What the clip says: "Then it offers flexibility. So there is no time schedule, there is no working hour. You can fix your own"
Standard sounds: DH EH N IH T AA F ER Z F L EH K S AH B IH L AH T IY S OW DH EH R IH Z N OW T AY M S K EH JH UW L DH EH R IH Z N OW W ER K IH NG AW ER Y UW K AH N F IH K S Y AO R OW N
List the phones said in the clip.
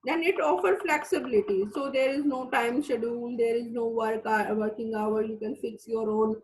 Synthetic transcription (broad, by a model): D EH N IH T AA F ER F L EH K S AH B IH L AH T IY S OW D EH R IH Z N OW T AY M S EH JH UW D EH R IH Z N OW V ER K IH NG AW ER Y UW K AH N F IH K S Y AO R OW N